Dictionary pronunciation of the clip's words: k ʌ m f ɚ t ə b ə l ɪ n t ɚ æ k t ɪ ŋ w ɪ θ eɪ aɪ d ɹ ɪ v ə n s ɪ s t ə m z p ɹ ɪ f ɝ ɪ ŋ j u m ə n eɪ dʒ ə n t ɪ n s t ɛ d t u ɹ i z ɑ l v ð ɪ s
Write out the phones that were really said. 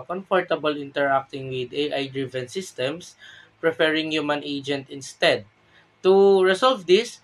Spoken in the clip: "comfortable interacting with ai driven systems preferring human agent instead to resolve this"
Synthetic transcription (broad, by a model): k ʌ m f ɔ t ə b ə l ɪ n t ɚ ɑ k t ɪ ŋ w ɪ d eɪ aɪ d ɹ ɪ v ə n s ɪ s t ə m s p ɹ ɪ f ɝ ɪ ŋ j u m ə n eɪ dʒ ə n t ɪ n s t ɛ d t u ɹ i s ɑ l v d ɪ s